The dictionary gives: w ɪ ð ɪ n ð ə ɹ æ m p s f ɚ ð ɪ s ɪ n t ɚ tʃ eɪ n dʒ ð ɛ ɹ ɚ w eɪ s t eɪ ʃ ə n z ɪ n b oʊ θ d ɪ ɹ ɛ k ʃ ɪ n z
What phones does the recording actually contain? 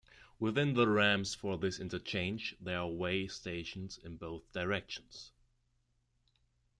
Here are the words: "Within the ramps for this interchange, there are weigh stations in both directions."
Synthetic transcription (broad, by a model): w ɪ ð ɪ n ð ə ɹ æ m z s f ɚ ð ɪ s ɪ n t ɚ tʃ eɪ n dʒ ð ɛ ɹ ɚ w eɪ s t eɪ ʃ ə n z ɪ n b oʊ θ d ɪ ɹ ɛ k ʃ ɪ n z